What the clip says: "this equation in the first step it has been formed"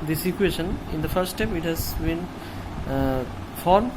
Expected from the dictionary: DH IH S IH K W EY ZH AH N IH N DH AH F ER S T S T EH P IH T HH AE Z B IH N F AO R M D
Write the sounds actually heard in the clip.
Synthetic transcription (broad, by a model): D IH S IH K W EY SH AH N IH N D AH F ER T S T EH P IH T HH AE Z B IH N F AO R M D